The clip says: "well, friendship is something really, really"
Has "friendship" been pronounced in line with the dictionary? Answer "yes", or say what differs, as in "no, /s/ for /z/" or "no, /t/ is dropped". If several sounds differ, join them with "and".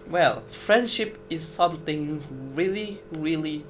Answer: yes